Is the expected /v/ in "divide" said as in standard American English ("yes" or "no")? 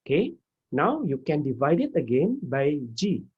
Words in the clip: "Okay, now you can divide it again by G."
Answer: yes